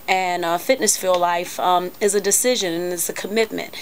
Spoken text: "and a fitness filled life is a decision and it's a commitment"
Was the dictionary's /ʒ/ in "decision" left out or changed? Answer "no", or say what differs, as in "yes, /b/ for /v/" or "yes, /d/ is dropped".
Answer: no